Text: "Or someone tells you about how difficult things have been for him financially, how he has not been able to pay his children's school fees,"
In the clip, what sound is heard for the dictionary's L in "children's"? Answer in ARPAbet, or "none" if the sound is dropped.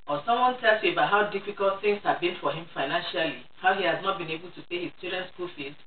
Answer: none